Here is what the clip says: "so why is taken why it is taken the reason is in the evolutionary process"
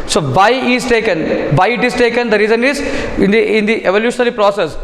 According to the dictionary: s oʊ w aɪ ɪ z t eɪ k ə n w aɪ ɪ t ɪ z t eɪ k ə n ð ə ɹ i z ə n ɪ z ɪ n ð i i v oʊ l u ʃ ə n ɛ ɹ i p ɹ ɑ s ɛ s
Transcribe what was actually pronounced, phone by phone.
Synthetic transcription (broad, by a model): s oʊ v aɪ ɪ z t eɪ k ə n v aɪ ɪ t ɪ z t eɪ k ə n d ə ɹ i z ə n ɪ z ɪ n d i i v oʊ l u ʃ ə n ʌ l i p ɹ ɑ s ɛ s